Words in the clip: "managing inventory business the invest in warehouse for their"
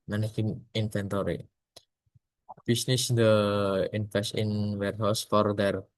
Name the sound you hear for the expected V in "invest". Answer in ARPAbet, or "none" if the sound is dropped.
F